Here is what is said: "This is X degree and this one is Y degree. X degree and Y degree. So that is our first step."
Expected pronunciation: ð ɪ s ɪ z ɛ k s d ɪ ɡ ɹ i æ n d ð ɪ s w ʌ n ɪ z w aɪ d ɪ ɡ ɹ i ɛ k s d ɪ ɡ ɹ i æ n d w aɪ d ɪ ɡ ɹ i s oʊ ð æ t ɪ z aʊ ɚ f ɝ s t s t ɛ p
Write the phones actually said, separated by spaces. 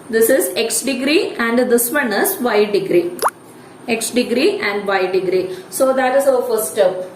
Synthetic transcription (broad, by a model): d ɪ s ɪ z ɛ k s d ɪ ɡ ɹ i æ n d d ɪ s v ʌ n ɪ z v aɪ d ɪ ɡ ɹ i ɛ k s d ɪ ɡ ɹ i æ n d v aɪ d ɪ ɡ ɹ i s oʊ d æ t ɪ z aʊ ɚ f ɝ t s t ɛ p